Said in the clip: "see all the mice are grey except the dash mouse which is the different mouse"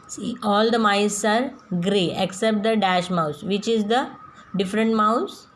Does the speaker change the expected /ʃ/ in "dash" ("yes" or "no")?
no